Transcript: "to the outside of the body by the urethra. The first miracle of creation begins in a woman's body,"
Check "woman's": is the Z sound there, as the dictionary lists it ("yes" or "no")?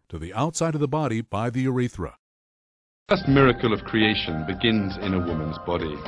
yes